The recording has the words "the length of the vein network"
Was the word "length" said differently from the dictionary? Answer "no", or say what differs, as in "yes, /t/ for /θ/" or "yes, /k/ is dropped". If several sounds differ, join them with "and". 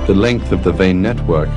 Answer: no